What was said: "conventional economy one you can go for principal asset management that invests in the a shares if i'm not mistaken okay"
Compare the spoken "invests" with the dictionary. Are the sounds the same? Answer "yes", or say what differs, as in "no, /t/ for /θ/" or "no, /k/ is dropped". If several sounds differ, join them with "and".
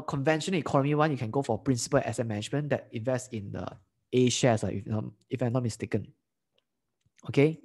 yes